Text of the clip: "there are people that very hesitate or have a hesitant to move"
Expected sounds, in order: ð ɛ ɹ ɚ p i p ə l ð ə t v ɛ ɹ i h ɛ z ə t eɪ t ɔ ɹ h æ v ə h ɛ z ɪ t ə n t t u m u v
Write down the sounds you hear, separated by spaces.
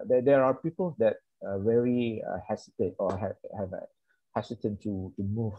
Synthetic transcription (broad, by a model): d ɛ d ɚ p i p ə l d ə t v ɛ ɹ i h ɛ s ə t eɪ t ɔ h h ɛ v ə h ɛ s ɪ t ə n t t u m u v